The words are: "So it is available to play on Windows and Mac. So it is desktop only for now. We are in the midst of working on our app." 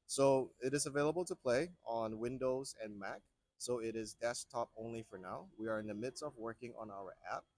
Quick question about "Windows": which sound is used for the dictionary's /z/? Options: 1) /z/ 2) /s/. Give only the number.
1